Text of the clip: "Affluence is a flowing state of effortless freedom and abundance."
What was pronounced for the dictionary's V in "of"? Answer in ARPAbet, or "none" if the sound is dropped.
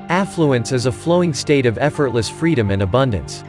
V